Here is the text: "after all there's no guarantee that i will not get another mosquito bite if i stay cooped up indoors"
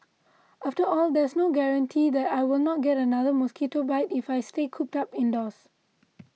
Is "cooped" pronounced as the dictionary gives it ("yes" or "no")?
yes